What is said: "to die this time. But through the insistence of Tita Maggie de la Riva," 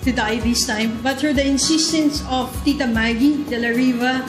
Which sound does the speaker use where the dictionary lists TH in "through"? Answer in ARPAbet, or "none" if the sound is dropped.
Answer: T